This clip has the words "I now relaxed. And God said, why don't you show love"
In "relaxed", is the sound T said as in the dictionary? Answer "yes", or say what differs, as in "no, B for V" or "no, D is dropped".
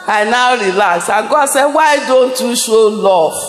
no, T is dropped